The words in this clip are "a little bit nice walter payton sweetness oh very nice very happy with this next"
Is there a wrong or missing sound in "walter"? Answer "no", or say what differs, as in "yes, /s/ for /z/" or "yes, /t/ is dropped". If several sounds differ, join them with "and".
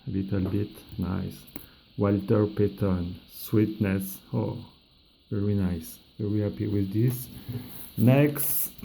no